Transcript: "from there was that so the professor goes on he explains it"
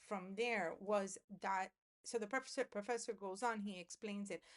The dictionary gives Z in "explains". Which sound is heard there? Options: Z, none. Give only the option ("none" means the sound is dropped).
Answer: Z